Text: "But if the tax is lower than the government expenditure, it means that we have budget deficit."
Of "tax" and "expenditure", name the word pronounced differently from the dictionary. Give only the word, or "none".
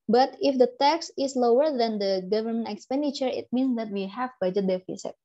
none